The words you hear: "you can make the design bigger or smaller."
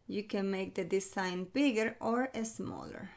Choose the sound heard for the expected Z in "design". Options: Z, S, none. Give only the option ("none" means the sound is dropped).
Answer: S